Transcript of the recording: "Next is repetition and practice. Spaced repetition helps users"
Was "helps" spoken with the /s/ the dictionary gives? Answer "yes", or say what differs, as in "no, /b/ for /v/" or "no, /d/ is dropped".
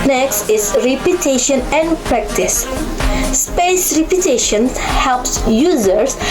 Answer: yes